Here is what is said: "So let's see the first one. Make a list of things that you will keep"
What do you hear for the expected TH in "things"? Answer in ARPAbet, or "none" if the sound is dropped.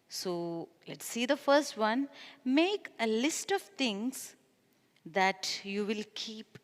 T